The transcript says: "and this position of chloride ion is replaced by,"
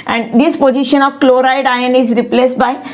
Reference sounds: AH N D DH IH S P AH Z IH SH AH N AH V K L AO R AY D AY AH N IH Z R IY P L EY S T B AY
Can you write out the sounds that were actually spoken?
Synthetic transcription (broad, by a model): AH N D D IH S P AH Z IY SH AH N AH V K L AO R AY D AY AH N IH Z R IY P L EY S T B AY